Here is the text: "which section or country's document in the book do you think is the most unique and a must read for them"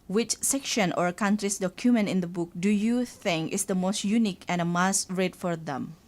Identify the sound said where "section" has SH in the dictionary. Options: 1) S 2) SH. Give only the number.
2